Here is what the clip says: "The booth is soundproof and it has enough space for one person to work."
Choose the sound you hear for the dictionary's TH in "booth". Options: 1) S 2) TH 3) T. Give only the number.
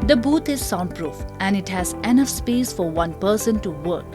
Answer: 3